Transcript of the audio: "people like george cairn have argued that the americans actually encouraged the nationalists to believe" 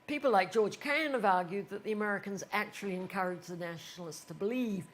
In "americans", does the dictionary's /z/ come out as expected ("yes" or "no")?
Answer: yes